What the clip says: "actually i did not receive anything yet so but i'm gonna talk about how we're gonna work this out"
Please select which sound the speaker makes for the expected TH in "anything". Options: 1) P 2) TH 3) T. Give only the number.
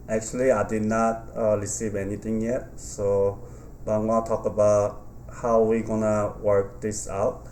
3